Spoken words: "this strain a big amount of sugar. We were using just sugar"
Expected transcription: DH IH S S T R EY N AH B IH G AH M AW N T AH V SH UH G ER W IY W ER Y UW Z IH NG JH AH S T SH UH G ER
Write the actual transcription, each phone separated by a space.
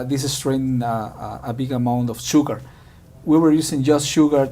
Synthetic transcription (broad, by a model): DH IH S S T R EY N AH B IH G AH M AW N T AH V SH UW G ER W IY W ER Y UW S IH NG JH AH S T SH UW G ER